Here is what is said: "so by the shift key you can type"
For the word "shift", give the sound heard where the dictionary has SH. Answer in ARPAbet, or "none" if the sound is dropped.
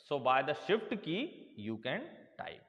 SH